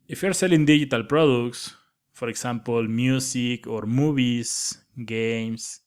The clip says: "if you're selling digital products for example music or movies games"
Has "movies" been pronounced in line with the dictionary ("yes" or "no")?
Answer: no